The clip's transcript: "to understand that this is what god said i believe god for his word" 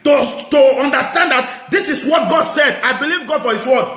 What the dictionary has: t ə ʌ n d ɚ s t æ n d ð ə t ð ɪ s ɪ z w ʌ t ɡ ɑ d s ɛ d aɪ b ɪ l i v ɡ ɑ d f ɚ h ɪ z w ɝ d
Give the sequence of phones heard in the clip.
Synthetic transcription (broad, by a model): t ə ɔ n d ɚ s t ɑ n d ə t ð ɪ s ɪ s w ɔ t ɡ ɑ d s ɛ d aɪ b ɪ l i v ɡ ɑ d f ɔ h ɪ s w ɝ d